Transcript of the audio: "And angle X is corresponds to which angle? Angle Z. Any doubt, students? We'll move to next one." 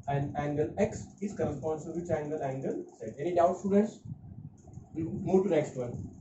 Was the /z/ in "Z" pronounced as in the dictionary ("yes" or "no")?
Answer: no